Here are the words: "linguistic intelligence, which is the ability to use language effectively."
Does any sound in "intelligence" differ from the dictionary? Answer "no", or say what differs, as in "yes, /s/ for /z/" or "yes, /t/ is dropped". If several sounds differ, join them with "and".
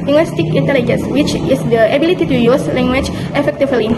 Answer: no